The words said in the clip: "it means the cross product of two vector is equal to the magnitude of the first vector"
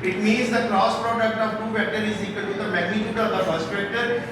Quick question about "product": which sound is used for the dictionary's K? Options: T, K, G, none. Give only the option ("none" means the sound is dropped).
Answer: K